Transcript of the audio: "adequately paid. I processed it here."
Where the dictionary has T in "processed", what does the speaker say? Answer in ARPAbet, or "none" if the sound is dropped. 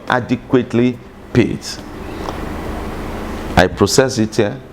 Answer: none